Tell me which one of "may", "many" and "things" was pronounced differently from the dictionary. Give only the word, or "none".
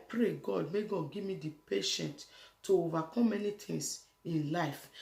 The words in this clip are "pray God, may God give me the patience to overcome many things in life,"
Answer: things